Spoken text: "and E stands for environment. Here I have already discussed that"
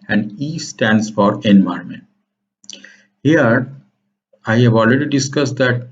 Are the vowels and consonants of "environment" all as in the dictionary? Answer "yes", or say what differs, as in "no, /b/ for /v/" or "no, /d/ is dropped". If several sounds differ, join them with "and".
no, /ɹ/ is dropped